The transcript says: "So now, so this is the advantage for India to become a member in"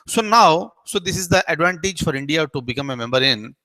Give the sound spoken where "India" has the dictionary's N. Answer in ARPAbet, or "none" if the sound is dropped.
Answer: N